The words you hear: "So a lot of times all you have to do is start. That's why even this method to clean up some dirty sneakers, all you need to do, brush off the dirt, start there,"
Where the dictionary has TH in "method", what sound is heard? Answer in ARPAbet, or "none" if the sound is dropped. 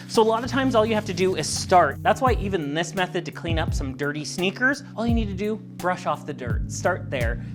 TH